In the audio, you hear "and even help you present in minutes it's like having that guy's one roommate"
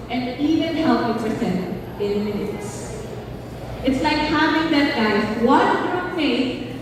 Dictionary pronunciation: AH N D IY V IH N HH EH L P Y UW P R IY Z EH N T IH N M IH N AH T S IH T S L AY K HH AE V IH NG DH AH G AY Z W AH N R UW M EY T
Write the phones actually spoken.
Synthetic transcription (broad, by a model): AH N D IY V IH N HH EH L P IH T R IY S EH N IH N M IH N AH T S IH T S L AY K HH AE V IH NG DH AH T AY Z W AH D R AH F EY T